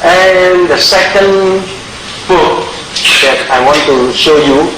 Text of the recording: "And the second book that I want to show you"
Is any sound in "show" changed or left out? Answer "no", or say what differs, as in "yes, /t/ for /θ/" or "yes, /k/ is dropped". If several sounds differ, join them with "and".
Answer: no